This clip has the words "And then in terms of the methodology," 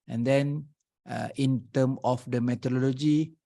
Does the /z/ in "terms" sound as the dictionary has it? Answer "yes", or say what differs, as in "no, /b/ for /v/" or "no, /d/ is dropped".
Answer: no, /z/ is dropped